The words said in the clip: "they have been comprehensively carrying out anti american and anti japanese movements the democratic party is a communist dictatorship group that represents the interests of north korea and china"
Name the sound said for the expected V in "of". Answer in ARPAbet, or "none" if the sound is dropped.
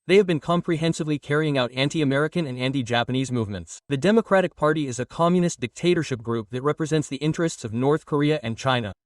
V